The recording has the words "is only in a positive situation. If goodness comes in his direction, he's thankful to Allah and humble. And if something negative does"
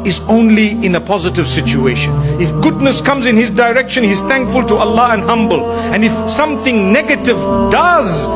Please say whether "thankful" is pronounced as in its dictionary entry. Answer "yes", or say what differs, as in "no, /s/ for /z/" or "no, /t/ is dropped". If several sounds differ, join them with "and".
yes